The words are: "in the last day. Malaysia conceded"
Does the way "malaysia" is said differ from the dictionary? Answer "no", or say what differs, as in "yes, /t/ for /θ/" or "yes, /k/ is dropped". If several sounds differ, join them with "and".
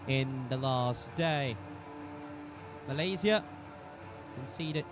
yes, /z/ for /ʒ/